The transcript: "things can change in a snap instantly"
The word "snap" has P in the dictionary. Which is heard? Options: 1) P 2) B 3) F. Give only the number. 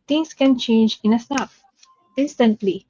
3